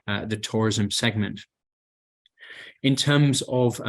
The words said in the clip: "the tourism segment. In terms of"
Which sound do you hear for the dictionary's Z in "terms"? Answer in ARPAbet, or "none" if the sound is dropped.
Z